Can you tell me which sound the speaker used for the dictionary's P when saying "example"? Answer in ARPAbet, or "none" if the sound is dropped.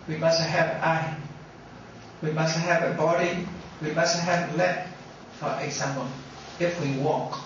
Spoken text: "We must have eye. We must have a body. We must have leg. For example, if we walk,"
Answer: none